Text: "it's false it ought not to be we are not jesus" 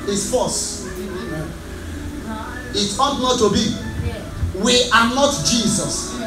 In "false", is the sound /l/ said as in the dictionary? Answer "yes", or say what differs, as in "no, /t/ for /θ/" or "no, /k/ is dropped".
no, /l/ is dropped